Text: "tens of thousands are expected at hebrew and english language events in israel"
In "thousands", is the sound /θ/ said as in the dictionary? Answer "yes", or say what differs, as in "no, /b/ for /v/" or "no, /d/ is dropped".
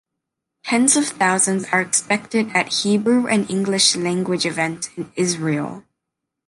yes